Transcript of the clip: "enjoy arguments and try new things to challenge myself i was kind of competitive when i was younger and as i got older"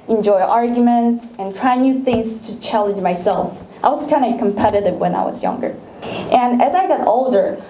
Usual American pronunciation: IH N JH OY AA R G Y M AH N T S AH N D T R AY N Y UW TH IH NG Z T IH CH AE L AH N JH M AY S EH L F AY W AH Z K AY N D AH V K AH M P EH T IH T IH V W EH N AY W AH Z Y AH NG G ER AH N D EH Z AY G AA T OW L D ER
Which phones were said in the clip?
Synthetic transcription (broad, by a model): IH N JH OY AA R G Y M AH N T S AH N T R AY N Y UW TH IH NG Z T IH CH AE L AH N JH M AY S EH L F AY W AH Z K AY N D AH K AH M P EH T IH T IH V W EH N AY W AH Z Y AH NG G ER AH N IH Z AY G AA T OW L D ER